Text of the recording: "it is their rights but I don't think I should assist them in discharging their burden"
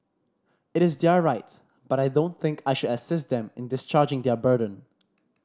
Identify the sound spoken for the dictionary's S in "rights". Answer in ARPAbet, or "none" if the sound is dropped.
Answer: none